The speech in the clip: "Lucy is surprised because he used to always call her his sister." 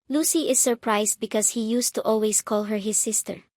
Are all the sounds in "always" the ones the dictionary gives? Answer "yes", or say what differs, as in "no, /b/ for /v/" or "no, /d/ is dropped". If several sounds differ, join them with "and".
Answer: no, /s/ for /z/